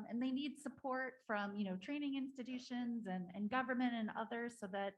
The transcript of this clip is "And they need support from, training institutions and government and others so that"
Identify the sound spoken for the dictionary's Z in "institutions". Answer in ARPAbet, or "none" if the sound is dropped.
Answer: Z